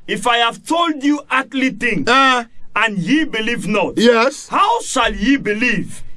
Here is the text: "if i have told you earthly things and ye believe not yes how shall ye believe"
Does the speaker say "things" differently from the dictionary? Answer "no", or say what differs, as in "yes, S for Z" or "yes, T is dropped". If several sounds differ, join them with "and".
yes, Z is dropped